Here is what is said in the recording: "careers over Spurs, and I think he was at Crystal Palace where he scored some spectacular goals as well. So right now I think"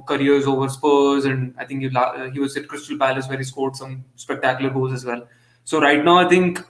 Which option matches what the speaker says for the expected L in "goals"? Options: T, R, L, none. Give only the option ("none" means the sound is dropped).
none